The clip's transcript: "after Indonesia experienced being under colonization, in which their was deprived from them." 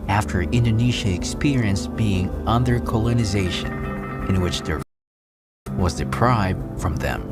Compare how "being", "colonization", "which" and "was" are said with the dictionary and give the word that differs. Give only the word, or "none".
none